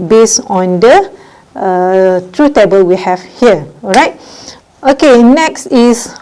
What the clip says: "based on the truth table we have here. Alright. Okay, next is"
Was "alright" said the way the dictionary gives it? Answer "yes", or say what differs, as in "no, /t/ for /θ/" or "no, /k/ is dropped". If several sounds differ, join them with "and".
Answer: no, /l/ is dropped